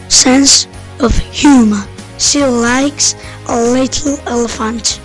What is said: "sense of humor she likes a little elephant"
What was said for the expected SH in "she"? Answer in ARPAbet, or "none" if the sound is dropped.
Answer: S